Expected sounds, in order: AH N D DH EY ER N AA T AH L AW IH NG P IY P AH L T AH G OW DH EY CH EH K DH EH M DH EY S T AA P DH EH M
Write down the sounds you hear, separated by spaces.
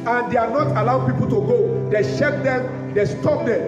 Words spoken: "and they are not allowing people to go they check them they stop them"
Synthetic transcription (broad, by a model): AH N D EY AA N AA T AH L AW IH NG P IY P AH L T AH G OW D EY SH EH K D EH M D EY S T AA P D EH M